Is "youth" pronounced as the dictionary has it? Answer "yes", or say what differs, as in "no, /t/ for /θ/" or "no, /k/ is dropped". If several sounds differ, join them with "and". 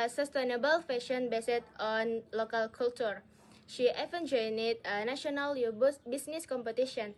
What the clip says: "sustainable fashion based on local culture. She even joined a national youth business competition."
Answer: no, /s/ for /θ/